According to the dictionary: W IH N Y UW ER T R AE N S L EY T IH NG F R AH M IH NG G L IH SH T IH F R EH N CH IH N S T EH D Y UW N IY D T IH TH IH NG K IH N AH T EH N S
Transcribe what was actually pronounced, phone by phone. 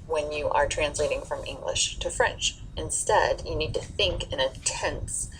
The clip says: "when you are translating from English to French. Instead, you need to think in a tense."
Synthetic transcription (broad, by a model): W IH N Y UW ER T R AE N S L EY T IH NG F R AH M IH NG G L IH SH T IH F R EH N CH IH N S T EH D Y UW N IY D T IH TH IH NG K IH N AH T EH N S